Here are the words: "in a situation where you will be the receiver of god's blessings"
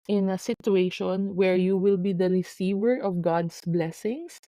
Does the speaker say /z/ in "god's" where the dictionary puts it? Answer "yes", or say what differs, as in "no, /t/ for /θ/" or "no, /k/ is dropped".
no, /s/ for /z/